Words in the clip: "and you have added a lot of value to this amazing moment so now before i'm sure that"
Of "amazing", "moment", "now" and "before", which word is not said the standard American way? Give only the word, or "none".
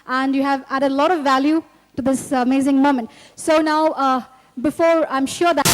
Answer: none